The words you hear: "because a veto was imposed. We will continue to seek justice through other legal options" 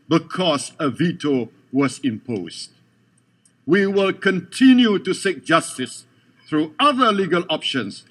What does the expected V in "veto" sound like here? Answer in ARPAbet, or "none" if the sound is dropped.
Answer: V